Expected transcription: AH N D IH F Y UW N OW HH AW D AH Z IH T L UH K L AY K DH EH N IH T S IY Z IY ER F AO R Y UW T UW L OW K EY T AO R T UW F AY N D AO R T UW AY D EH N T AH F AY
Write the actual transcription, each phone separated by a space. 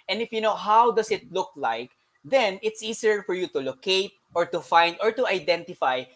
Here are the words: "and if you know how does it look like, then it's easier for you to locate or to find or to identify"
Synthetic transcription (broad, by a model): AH N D IH F Y UW N OW HH AW D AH S IH T L UH K L AY K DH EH N IH T S IY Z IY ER F AO R Y UW T UW L OW K EY T AO R T UW F AY N D AO R T UW AY D EH N T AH F AY